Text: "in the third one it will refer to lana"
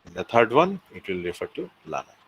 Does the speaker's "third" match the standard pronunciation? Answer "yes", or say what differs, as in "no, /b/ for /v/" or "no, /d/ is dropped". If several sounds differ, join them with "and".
no, /t/ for /θ/